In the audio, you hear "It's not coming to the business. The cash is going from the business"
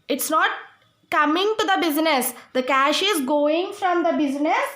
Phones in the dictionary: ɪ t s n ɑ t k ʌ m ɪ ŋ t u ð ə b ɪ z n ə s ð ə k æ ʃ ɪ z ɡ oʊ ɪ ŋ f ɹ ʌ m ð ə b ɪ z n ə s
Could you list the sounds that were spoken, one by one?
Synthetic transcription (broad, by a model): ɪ t s n ɑ t k ʌ m ɪ ŋ t u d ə b ɪ z n ə s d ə k æ ʃ ɪ z ɡ oʊ ɪ ŋ f ɹ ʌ m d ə b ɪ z n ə s